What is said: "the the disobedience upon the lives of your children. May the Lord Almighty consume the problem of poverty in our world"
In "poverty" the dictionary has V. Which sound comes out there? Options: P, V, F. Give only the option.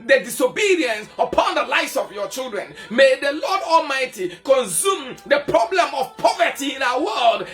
V